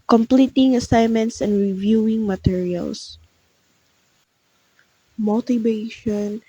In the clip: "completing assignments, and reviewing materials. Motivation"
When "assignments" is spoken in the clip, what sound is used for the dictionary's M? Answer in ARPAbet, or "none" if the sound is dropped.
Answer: M